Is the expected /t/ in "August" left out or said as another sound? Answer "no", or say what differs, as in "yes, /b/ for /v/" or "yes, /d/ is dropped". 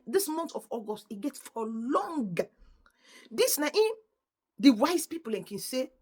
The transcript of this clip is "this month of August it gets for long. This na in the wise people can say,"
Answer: no